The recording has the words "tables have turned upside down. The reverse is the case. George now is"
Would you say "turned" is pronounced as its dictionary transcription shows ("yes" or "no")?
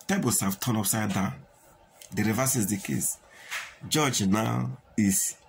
no